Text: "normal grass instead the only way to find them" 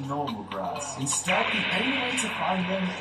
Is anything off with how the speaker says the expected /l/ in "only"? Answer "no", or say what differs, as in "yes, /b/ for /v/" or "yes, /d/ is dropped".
yes, /l/ is dropped